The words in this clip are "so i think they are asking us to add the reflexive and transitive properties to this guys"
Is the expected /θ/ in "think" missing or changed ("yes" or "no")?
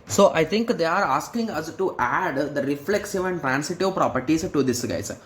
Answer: yes